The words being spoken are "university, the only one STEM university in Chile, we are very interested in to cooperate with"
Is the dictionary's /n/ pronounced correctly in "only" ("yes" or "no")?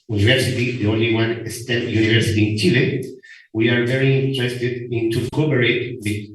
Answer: yes